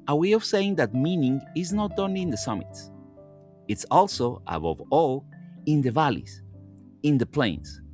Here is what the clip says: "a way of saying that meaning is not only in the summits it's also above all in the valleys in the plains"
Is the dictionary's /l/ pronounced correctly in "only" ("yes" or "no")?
no